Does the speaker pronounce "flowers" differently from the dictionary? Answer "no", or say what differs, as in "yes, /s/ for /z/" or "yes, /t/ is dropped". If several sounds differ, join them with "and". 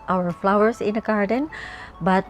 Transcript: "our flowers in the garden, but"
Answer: yes, /s/ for /z/